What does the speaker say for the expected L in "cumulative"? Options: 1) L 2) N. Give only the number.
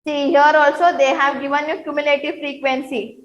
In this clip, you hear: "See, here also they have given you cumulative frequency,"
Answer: 1